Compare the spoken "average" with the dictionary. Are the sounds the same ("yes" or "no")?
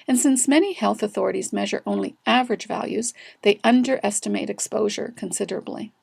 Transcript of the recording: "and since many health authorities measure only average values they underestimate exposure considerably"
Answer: yes